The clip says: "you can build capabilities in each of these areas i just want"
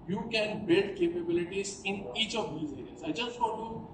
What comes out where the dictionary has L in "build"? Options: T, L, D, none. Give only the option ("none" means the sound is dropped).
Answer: none